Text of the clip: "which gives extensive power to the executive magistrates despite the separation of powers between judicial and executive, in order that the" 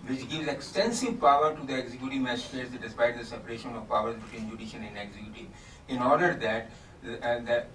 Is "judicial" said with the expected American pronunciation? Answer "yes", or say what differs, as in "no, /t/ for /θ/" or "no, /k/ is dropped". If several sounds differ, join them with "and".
no, /n/ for /l/